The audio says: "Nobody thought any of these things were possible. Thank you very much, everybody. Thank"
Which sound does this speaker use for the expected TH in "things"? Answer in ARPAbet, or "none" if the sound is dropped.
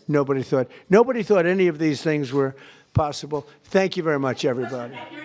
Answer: TH